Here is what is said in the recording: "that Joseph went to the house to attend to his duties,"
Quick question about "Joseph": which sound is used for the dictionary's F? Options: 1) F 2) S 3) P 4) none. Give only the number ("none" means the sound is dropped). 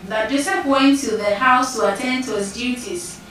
3